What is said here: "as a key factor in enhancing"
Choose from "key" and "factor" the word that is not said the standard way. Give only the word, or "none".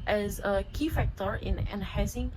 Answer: none